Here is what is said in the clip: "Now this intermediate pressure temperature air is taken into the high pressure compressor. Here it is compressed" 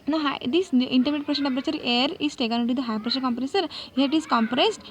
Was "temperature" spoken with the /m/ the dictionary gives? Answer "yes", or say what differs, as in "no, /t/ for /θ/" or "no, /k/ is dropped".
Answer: no, /m/ is dropped